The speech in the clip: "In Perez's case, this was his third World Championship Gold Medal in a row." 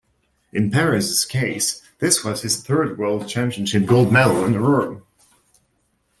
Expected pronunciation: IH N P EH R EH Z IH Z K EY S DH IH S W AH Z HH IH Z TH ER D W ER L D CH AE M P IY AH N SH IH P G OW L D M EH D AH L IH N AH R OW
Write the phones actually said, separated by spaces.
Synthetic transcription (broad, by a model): IH N P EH R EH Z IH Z K EY S DH IH S W AH Z IH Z TH ER D W ER L D CH AE M P IY AH N SH IH P G OW L D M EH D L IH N AH R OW